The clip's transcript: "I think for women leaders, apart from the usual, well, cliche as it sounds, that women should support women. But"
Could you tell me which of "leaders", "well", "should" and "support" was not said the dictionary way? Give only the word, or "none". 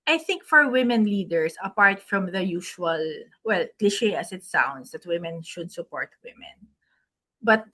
leaders